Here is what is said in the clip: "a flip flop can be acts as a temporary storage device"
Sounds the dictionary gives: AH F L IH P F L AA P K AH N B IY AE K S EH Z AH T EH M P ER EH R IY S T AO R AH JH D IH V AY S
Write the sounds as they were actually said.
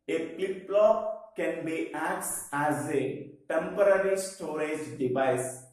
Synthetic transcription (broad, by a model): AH P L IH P L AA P K AH N B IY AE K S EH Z AH T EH M P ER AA R IY S T AO R AH JH D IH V AY S